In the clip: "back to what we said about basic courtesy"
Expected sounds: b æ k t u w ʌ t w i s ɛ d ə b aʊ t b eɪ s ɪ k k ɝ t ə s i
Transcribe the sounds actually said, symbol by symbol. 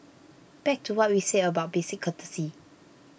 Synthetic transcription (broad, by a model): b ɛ k t u w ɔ t w i s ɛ ə b aʊ t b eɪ s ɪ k k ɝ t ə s i